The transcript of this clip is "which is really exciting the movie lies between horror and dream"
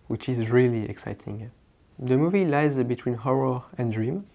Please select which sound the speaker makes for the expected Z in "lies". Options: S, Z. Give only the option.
Z